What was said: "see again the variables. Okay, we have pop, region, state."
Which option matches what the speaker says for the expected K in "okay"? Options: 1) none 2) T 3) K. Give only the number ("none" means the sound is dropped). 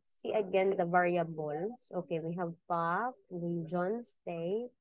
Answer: 3